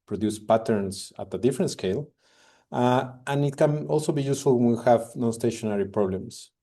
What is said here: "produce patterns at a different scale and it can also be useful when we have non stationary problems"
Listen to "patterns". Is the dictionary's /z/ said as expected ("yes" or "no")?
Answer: no